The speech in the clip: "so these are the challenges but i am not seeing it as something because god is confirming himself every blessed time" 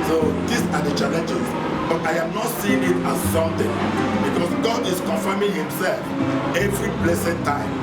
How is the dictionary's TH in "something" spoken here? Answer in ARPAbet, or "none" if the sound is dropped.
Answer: T